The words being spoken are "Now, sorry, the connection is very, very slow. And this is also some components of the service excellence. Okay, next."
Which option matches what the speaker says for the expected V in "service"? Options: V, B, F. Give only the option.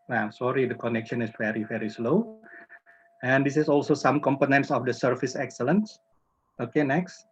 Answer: F